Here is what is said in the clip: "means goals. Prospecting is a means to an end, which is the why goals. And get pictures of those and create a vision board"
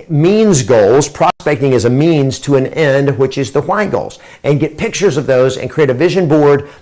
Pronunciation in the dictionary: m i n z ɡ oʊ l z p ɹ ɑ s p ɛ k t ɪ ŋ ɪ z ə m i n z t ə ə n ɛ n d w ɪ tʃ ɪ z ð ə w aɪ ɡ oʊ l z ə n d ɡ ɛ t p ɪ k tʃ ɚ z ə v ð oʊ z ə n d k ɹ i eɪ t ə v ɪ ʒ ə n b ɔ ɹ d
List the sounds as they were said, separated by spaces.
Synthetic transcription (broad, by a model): m i n z ɡ oʊ l z p ɹ ɑ s p ɛ k t ɪ ŋ ɪ z ə m i n z t ə ə n ɛ n d w ɪ tʃ ɪ z ð ə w aɪ ɡ oʊ l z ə n ɡ ɛ t p ɪ k tʃ ɚ z ə v ð oʊ z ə n k ɹ i eɪ t ə v ɪ ʒ ə n b ɔ ɹ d